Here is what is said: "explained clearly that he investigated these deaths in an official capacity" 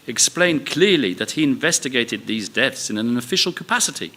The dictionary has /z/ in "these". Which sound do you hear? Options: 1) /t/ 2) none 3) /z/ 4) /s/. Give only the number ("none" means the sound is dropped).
3